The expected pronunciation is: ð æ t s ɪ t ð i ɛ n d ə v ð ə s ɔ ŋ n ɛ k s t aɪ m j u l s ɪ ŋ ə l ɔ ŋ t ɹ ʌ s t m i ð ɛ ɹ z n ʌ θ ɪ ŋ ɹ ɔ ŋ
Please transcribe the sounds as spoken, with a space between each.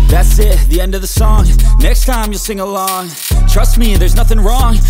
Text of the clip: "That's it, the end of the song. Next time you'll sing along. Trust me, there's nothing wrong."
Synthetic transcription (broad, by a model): ð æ t s ɪ t ð i ɛ n d ə v ð ə s ɔ ŋ n ɛ k s t aɪ m j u l s ɪ ŋ ə l ɔ ŋ t ɹ ʌ s t m i ð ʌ ɹ z n ʌ θ ɪ ŋ ɹ ɔ ŋ